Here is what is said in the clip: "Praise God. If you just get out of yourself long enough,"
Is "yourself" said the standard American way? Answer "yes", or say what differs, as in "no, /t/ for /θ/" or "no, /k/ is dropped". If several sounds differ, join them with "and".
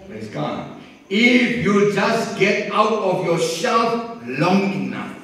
no, /ʃ/ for /s/